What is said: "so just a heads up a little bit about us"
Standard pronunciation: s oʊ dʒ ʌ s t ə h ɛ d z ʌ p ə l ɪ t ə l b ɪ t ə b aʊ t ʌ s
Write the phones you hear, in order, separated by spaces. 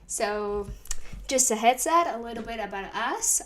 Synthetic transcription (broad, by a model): s oʊ dʒ ʌ s t ə h ɛ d s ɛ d ə l ɪ t l b ɪ t ə b aʊ t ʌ s